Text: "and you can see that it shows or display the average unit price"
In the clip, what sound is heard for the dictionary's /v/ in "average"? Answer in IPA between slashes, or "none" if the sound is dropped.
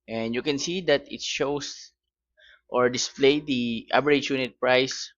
/b/